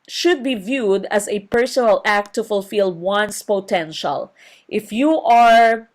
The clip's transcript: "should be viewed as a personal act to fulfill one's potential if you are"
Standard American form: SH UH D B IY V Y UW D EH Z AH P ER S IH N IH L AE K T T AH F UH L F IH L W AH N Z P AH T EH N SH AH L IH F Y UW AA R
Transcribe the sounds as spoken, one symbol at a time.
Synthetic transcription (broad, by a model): SH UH D B IY V Y UW D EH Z AH P ER S IH N IH L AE K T T AH F UH L F IH L W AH N S P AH T EH N SH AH L IH F Y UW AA R